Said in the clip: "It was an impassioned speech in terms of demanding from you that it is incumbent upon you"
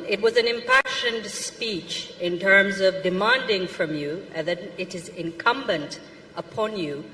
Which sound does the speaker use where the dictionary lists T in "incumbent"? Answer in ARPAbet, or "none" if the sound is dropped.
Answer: T